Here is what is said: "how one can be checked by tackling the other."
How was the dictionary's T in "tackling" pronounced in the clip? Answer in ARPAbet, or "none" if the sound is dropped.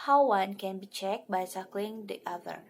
S